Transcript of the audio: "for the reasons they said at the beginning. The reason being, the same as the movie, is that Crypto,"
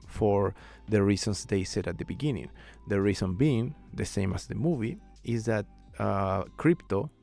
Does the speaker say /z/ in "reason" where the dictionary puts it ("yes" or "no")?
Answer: no